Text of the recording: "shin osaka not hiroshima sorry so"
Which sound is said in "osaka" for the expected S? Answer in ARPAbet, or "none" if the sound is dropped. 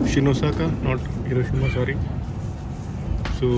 S